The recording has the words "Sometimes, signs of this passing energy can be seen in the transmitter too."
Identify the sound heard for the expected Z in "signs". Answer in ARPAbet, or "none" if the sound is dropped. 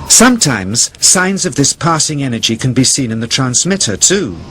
Z